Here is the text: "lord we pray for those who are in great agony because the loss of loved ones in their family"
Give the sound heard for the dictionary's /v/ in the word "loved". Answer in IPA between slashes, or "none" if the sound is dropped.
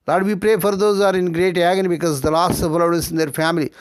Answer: none